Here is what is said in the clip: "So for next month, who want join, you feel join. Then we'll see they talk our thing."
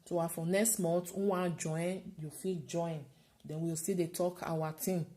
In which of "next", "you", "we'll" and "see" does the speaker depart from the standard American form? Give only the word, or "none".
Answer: we'll